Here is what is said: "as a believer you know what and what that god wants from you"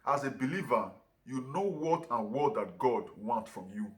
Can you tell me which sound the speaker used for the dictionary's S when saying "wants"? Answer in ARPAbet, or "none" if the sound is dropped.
none